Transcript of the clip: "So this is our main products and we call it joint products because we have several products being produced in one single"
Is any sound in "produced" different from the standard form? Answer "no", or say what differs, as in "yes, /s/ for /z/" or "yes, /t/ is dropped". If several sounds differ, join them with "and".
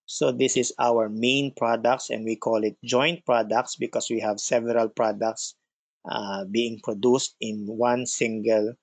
no